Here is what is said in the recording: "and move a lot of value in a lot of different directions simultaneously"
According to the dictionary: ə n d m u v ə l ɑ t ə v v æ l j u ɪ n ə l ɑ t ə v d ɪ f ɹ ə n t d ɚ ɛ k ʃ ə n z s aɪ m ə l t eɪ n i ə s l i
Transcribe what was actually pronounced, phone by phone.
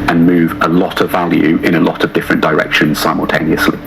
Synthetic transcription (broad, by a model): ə n m u v ə l ɑ t ə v v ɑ l j u ɪ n ə l ɑ t ə v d ɪ f ɹ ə n d ɚ ɛ k ʃ ə n z s aɪ m ə l t eɪ n i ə s l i